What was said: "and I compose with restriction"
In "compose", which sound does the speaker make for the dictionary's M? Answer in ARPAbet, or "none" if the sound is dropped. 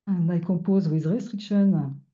none